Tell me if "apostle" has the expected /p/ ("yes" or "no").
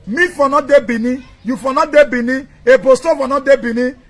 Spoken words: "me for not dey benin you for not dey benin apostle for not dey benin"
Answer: no